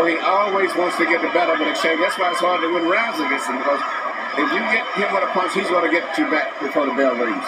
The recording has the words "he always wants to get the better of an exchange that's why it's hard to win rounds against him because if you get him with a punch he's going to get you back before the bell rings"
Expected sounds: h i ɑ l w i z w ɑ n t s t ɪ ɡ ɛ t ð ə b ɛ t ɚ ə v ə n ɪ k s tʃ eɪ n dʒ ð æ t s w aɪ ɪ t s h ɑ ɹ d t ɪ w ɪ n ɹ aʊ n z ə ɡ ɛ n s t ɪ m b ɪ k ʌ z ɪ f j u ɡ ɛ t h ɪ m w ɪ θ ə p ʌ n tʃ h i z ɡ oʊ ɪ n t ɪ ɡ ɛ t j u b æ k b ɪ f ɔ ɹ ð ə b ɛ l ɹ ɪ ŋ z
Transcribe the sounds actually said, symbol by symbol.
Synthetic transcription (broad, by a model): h i ɑ l w i z w ɑ n t s t ɪ ɡ ɛ t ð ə b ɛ t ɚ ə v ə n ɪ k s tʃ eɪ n ð æ t s w aɪ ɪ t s h ɑ ɹ d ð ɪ w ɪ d ɹ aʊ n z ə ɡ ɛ s ɪ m b ɪ k ʌ z ɪ f j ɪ ɡ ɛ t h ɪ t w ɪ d ə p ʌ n s h i z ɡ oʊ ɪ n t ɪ ɡ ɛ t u b æ k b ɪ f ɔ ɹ ð ə b ɛ l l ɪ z